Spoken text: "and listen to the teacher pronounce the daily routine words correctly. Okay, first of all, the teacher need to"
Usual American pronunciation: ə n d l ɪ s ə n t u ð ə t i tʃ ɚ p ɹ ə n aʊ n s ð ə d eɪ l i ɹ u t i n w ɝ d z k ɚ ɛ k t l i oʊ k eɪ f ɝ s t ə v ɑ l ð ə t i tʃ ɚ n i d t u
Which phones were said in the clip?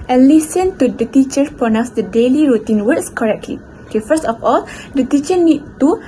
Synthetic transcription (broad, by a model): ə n l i s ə n t u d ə t i tʃ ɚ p ə n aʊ s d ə d eɪ l i ɹ u t i n w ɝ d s k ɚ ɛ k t l i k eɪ f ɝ s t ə f ɑ l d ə t i tʃ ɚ n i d t u